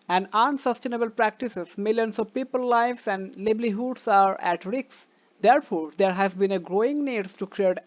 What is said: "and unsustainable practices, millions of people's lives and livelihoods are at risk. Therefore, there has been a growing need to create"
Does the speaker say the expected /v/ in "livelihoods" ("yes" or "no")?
no